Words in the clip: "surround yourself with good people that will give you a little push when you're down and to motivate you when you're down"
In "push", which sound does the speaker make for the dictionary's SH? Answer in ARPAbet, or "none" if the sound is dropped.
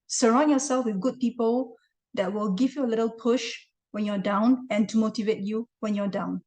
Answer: SH